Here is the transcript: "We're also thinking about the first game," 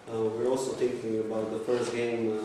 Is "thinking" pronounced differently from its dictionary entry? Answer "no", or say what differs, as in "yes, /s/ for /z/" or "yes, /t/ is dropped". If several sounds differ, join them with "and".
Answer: yes, /t/ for /θ/